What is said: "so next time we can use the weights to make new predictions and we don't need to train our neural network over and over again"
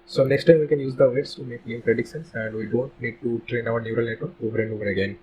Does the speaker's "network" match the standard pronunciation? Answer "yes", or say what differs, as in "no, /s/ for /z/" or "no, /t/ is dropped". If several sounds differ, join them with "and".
no, /k/ is dropped